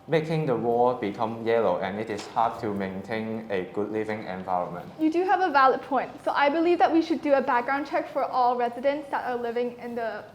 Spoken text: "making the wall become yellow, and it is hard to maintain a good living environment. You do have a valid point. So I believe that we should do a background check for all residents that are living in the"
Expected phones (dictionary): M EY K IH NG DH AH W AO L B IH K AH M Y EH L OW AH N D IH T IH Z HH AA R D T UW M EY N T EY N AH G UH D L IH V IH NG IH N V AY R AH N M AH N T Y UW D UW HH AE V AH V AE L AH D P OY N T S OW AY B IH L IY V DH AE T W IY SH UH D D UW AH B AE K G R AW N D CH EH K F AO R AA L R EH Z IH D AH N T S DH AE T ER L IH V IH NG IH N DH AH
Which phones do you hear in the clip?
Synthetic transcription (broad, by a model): M EY K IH NG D AH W AO B IH K AH M Y EH L OW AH N IH T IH S HH AA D T UW M EY N T EY N AH G UH D L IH V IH NG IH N V AY R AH N M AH N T Y UW D UW HH AE V AH V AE L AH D P OY N T S OW AY B IH L IY V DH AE T W IY SH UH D D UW AH B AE K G R AW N CH EH K F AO R AA L R EH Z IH D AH N T S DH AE T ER L IH V IH NG IH N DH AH